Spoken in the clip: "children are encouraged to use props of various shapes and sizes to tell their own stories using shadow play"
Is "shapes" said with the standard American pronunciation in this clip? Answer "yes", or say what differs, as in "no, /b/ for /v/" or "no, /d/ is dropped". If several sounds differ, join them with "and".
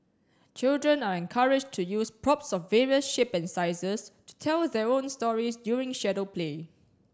no, /s/ is dropped